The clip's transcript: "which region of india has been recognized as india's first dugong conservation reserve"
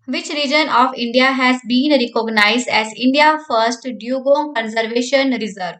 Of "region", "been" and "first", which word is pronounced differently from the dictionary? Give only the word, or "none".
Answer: none